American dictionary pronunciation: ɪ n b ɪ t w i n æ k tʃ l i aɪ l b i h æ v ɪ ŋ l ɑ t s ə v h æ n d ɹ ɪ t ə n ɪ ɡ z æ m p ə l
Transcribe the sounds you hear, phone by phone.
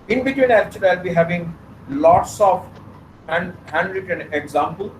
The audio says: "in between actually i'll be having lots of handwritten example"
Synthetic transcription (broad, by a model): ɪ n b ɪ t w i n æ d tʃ i aɪ l b i h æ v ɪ ŋ l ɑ t s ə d h æ n d ɹ ɪ t ə n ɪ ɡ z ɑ m p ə l